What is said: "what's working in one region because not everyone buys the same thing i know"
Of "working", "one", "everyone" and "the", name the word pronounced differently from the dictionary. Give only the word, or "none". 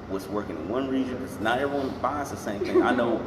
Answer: everyone